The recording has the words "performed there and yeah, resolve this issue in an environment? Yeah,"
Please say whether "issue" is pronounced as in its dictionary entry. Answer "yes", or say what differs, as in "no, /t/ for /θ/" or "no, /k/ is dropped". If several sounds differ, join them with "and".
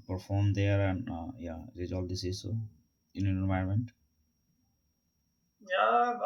no, /s/ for /ʃ/